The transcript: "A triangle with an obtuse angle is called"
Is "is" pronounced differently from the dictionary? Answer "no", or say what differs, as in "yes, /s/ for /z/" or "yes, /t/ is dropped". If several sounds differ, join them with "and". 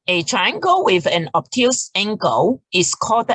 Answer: yes, /s/ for /z/